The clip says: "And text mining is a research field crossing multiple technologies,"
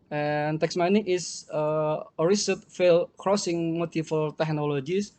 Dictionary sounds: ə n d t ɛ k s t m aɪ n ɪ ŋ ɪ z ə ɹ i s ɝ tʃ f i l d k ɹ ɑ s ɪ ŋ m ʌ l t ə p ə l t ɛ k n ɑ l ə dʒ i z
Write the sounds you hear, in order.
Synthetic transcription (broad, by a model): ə n t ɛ k s m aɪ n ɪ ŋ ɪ s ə ɹ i s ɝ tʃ f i l k ɹ ɑ s ɪ ŋ m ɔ t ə f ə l t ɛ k n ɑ l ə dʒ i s